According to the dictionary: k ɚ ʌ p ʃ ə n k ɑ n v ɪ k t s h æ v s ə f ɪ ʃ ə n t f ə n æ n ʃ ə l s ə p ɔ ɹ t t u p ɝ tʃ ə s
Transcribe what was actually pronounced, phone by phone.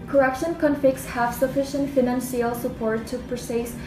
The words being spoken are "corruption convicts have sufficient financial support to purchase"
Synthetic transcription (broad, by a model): k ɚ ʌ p ʃ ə n k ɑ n f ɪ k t s h æ v s ə f ɪ ʃ ə n t f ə n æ n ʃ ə l s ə p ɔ ɹ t t u p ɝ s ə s